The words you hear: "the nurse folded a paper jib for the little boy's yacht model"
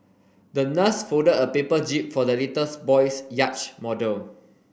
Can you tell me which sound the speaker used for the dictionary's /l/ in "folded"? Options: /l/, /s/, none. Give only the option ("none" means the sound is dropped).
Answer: none